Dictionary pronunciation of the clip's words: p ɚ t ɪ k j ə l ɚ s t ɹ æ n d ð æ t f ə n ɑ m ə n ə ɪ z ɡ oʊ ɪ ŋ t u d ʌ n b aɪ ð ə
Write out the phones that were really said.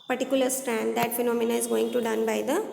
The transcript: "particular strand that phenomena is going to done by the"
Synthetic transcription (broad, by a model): p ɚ t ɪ k j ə l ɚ s t ɹ æ n d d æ t f ə n ɑ m ə n ə ɪ z ɡ oʊ ɪ ŋ t u d ʌ n b aɪ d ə